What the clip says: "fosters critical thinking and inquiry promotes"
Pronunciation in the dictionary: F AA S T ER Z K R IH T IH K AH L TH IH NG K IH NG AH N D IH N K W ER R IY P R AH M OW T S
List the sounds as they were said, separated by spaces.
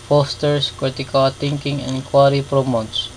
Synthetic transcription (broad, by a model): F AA S T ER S K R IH T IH K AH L T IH NG K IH NG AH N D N K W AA R IY P R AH M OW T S